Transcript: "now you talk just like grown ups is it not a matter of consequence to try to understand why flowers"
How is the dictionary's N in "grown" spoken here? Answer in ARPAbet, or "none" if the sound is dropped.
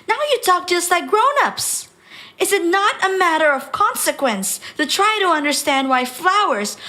N